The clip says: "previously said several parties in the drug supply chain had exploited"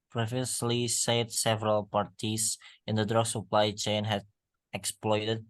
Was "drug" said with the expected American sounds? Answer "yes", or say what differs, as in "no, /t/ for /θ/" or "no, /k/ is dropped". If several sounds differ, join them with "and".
yes